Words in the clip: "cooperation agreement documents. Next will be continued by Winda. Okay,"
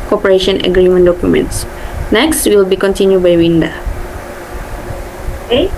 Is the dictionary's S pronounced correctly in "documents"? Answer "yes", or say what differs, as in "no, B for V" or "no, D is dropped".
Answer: yes